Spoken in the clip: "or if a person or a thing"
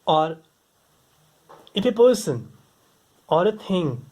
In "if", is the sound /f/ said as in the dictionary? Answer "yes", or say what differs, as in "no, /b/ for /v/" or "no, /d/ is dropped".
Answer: no, /p/ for /f/